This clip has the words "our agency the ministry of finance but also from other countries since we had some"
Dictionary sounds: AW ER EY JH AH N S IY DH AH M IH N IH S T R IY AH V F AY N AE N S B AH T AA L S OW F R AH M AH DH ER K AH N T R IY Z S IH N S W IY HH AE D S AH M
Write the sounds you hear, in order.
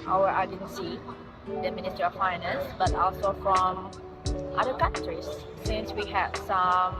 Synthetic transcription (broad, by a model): AW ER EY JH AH N S IY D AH M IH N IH S T IY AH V F AY N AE N S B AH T AA L S OW F R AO M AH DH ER K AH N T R IY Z S IH N S W IY HH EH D S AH M